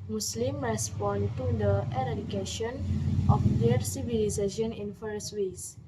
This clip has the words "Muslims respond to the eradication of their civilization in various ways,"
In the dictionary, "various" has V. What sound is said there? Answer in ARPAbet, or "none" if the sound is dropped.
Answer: F